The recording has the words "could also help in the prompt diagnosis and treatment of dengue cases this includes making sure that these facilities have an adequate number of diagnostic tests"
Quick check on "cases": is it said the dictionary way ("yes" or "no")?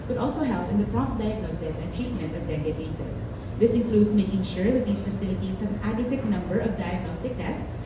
no